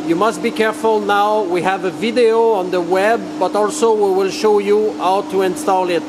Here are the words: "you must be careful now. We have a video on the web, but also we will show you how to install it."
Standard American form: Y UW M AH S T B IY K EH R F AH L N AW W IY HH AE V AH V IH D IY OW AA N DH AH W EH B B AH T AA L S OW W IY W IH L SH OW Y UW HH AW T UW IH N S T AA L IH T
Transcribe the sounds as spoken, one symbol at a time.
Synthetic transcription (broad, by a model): Y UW M AH S T B IY K EH R F AH L N AW W IY HH AE V AH V IH D IY OW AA N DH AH W EH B B AH T AA L S OW W IY W IH L SH OW Y UW HH AW T UW IH N S T AA L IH T